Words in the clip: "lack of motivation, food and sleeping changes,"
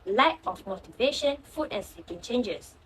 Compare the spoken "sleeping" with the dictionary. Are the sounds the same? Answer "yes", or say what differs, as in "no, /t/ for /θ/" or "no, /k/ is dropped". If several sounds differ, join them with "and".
no, /l/ is dropped